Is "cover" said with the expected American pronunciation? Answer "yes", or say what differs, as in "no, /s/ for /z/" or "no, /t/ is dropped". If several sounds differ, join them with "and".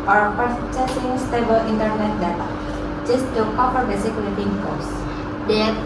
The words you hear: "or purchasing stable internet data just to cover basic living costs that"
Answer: no, /p/ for /v/